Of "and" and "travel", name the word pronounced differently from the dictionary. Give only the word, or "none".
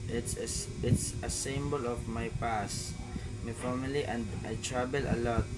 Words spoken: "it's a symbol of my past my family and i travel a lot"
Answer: travel